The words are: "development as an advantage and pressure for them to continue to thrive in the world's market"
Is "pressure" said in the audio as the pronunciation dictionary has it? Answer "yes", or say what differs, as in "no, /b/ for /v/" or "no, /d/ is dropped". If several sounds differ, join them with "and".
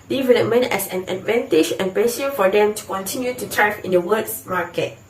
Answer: no, /ɹ/ is dropped